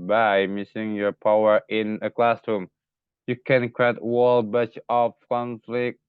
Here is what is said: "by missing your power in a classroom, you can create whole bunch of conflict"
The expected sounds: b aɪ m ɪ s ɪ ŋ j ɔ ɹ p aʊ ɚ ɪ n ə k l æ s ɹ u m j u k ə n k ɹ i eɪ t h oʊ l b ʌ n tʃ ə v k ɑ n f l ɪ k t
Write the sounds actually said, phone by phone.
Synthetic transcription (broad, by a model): b aɪ m ɪ s ɪ ŋ j ɔ ɹ p aʊ ɚ ɪ n ə k l æ s ɹ u m j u k ə n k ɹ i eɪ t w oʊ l b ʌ tʃ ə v k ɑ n f l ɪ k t